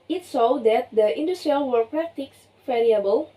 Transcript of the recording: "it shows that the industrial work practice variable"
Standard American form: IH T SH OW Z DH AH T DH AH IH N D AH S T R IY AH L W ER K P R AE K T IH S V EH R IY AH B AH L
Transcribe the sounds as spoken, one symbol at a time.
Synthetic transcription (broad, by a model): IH T S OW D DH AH T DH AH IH N D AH S T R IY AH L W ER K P R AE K T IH S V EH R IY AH B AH L